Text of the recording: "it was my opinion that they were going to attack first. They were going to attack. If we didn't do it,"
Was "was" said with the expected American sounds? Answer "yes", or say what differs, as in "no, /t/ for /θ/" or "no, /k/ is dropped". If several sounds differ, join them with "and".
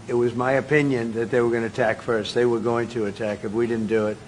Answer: yes